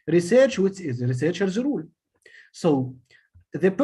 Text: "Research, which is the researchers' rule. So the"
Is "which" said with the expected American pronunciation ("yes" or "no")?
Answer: no